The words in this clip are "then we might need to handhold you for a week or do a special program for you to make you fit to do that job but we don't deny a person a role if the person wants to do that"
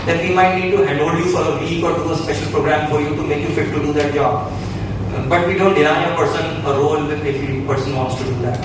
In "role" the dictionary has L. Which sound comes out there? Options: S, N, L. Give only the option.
N